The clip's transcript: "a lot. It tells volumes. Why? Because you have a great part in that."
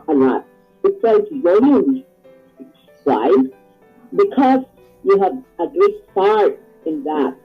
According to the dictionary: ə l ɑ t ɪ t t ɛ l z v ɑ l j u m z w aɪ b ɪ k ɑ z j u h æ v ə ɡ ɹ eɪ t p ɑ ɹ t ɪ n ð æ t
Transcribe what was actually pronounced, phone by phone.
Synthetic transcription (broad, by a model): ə l ɑ t ɪ t s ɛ z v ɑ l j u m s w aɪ b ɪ k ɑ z j u h æ v ə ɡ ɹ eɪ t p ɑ ɹ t ɪ n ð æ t